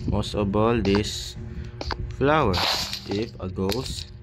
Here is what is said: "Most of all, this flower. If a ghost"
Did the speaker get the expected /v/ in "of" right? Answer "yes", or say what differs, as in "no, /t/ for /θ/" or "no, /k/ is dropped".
no, /b/ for /v/